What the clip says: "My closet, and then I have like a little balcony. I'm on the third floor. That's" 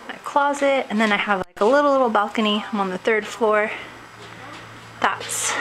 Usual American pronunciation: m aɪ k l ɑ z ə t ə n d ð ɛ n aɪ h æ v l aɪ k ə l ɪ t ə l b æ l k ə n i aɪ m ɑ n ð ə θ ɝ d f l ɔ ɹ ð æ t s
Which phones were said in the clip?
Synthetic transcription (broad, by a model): aɪ k l ɑ z ə t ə n ð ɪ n aɪ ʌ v l aɪ k ə l ɪ t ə l b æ l k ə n i aɪ m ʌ n ð ə θ ɝ d f l ɔ ɹ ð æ t s